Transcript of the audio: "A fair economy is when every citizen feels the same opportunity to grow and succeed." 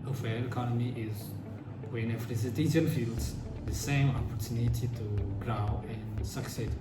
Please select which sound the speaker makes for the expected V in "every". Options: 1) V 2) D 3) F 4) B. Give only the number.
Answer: 3